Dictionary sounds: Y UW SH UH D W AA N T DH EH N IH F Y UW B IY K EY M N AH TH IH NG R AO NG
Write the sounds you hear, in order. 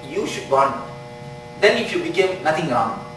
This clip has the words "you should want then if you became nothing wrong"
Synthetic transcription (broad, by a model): Y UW SH UH D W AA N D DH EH N IH F Y UW B IY K EY M N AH T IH NG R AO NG